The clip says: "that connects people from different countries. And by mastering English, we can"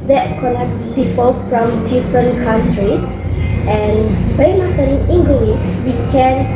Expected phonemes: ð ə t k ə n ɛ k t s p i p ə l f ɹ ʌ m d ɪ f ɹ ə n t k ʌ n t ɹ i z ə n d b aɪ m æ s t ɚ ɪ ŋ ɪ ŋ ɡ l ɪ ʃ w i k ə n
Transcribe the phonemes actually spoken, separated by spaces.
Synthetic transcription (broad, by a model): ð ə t k ə n ɛ k t s p i p ə l f ɹ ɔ m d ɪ f ɹ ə n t k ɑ n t ɹ i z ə n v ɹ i m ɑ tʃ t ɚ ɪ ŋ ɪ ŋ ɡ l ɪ s w i k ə n